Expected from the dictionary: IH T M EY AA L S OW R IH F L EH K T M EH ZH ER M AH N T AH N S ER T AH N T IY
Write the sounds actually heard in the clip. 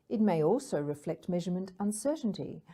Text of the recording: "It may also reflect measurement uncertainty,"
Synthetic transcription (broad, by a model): IH T M EY AA L S OW R IH F L EH K T M EH ZH ER M AH N T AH N S ER T N T IY